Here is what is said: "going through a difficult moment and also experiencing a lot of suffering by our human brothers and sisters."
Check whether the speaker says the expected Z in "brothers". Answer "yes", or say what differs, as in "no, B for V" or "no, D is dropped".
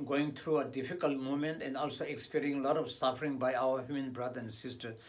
no, Z is dropped